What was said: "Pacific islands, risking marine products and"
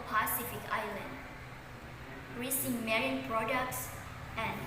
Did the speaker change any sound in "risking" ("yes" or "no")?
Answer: yes